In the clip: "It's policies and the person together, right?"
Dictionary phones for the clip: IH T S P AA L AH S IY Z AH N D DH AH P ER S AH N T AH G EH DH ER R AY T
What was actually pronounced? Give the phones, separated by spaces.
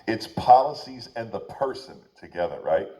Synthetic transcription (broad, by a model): IH T S P AA L AH S IY Z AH N DH AH P ER S AH N T AH G EH DH ER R AY T